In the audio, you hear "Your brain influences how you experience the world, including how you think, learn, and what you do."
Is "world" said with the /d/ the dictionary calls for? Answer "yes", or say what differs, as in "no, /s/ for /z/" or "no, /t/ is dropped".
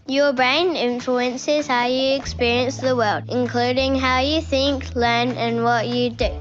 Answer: yes